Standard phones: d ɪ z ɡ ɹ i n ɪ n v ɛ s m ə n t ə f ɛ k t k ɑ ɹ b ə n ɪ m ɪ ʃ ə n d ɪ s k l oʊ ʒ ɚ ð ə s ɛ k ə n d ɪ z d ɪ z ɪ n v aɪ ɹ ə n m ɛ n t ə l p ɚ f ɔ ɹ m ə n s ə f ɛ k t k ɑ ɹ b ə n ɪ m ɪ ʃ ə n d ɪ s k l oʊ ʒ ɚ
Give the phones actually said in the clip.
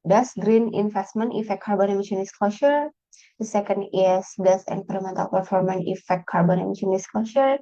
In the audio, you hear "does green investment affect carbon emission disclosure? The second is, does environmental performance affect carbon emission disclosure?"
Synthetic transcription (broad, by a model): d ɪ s ɡ ɹ i n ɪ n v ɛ s m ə n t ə f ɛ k k ɑ ɹ b ə n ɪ m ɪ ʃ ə n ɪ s k l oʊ ʃ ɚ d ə s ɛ k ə n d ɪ s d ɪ s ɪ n p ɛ ɹ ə m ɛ n t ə l p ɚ f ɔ ɹ m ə n ə f ɛ k t k ɑ ɹ b ə n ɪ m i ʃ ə n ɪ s k l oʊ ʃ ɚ